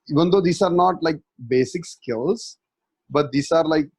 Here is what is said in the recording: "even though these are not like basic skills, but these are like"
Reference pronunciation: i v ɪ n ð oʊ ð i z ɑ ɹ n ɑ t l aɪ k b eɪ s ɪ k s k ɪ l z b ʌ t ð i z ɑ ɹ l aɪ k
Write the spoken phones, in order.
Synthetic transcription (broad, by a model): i v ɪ n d oʊ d i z ɑ ɹ n ɑ t l aɪ k b eɪ s ɪ k s k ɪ l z b ʌ t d i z ɑ ɹ l aɪ k